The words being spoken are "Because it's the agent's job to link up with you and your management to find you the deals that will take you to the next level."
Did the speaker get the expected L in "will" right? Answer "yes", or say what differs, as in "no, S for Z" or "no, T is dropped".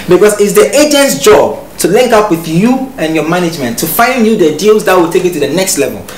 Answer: yes